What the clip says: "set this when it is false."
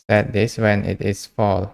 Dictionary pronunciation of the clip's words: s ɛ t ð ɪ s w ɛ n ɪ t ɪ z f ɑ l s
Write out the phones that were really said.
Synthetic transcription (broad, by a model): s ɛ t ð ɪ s w ɛ n ɪ t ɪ s f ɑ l